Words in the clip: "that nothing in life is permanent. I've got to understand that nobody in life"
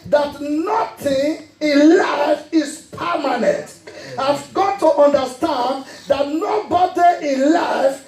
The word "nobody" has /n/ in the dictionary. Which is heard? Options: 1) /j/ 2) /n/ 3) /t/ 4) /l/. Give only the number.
2